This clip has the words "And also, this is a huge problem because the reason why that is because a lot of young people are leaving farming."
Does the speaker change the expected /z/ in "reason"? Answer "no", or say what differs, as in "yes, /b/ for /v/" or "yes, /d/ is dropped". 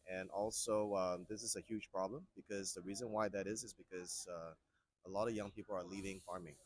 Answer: no